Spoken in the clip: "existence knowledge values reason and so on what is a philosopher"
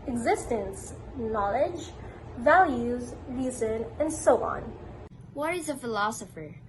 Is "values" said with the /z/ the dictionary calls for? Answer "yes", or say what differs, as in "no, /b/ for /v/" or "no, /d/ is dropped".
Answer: yes